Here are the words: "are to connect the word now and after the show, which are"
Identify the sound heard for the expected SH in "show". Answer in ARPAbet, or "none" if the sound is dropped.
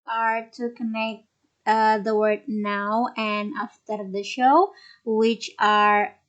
SH